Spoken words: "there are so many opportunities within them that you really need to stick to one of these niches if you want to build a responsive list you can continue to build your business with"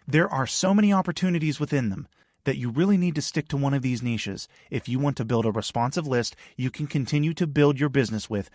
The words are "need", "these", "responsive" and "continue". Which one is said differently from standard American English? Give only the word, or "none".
none